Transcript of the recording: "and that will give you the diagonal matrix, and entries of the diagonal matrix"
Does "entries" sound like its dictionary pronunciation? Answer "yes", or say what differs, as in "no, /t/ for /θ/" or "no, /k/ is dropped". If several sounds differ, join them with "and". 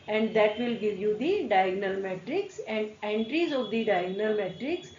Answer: yes